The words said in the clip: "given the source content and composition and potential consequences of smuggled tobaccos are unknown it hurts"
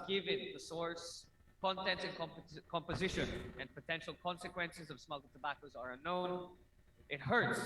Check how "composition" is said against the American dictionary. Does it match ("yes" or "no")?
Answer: yes